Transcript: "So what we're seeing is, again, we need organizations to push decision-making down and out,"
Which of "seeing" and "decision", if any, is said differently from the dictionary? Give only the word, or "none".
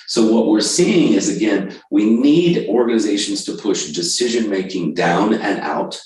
none